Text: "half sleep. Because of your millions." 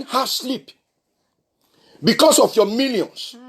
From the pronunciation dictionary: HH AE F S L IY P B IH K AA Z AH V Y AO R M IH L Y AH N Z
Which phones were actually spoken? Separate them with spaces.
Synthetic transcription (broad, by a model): HH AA S L IY P B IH K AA S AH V Y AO M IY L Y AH N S